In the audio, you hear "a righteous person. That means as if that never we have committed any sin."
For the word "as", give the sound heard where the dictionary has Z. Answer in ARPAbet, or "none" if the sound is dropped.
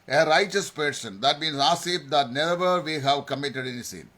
S